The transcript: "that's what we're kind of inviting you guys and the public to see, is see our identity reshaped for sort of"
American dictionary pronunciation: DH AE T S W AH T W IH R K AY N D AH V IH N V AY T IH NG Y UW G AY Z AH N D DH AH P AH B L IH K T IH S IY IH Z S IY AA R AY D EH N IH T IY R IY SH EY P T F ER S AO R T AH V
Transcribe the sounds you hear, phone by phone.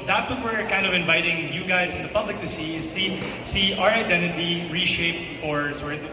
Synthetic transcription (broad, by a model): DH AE T S W AH T W IH R K AY N D AH V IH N V AY T IH NG Y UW G AY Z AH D DH AH P AH B L IH K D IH S IY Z S IY AA R AY D EH N IH T IY R IY SH EY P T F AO R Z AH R